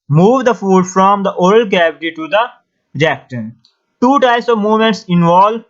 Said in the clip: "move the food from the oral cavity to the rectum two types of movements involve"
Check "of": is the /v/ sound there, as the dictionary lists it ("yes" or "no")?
yes